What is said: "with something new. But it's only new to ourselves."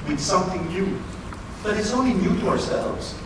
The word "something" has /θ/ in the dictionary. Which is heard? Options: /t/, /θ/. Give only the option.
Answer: /θ/